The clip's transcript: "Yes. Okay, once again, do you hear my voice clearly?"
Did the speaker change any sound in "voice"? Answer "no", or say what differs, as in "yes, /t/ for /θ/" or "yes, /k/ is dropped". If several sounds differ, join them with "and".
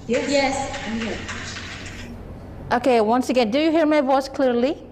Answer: no